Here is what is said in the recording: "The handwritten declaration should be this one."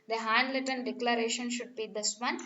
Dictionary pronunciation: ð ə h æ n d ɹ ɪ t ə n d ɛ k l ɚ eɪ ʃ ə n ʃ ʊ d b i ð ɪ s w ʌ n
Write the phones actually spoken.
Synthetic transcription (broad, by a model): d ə h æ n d l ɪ t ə n d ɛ k l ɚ eɪ ʃ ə n ʃ ʊ d b i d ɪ s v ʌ n